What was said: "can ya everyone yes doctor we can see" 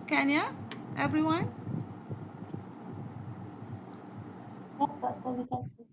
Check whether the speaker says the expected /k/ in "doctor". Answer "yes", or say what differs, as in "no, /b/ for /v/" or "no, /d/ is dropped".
no, /k/ is dropped